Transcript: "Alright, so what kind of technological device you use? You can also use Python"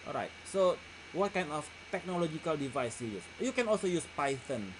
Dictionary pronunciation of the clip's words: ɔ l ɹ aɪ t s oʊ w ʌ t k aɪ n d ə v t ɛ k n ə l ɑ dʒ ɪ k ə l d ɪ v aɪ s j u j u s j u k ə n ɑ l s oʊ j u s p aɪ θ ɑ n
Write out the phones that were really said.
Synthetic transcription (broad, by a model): ɔ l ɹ aɪ t s oʊ w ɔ t k aɪ n d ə f t ɛ k n ə l ɑ dʒ ɪ k ə l d ɪ v aɪ s j u j u s j u k ə n ɑ l s oʊ j u s p aɪ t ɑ n